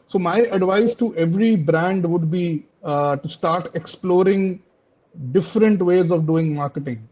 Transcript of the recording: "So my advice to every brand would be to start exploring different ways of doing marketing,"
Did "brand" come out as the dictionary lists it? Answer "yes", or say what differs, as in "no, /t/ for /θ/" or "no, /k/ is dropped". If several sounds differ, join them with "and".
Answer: yes